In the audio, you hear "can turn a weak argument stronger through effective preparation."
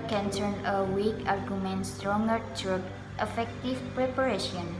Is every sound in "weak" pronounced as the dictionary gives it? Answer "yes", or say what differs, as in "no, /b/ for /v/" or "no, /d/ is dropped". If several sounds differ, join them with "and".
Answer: yes